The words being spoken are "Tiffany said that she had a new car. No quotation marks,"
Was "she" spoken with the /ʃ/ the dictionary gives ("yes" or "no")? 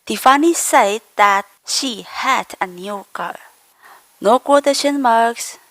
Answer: yes